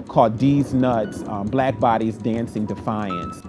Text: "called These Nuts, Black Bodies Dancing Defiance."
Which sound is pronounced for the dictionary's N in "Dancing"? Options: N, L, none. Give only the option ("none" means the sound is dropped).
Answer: N